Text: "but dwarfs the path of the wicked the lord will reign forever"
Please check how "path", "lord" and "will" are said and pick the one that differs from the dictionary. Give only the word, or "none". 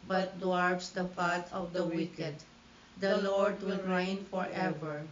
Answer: path